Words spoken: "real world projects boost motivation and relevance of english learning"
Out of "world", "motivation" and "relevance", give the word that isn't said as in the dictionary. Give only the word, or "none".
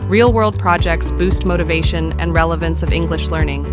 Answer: none